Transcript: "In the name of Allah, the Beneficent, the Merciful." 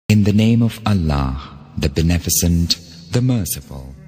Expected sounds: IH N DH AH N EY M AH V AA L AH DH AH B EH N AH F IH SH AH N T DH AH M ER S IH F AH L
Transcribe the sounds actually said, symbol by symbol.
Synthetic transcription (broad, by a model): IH N DH AH N EY M AH V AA L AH DH AH B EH N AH F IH S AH N DH AH M ER S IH F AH L